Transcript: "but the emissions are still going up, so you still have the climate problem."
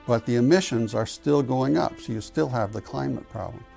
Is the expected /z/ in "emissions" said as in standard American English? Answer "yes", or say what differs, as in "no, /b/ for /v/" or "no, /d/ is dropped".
yes